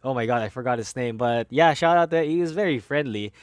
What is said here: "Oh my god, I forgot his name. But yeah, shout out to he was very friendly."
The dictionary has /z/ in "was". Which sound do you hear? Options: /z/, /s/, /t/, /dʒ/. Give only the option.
/z/